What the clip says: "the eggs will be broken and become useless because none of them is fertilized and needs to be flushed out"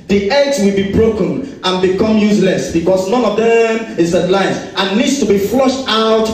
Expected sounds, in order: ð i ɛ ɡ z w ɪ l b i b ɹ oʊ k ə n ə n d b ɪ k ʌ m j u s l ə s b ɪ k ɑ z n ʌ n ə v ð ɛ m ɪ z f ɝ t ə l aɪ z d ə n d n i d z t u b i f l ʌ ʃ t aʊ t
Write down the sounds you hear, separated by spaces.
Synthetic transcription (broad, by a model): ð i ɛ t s w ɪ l b i b ɹ oʊ k ə n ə n b ɪ k ʌ m j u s l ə s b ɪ k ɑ s n ʌ n ə v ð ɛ m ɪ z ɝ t l aɪ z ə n n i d s t u b i f l ʌ ʃ t aʊ t